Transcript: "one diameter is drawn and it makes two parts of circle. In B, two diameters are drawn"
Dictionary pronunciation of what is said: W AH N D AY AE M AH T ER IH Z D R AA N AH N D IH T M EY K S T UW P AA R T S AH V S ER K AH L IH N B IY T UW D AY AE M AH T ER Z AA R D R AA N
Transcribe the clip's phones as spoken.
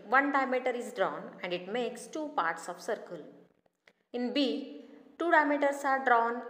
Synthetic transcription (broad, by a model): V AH N D AY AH M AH T ER IH Z D R AA N AH N D IH T M EY K S T UW P AA R T S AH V S ER K AH L IH N B IY T UW D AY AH M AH T ER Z AA R D R AA N